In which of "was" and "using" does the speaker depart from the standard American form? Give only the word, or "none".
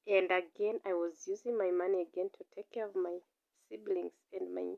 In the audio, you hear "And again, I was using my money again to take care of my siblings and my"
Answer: none